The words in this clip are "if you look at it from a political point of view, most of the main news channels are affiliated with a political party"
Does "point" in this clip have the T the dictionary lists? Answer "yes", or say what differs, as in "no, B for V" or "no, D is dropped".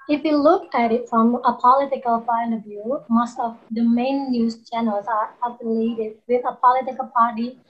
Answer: no, T is dropped